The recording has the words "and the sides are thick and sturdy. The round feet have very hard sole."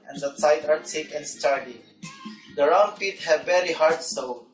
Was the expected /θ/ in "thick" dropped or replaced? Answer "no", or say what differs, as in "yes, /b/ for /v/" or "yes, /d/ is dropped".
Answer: yes, /s/ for /θ/